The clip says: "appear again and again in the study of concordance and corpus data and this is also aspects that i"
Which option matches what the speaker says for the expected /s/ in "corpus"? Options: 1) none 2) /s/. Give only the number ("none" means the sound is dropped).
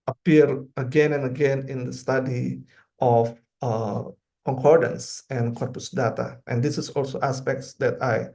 2